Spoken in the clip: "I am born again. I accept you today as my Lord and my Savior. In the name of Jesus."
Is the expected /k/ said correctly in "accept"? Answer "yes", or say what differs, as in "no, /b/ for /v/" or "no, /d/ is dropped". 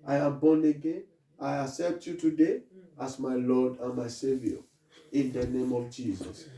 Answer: no, /k/ is dropped